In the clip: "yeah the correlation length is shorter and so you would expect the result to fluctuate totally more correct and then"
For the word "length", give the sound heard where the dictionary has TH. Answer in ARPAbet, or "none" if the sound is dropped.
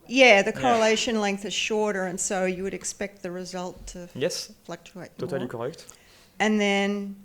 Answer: TH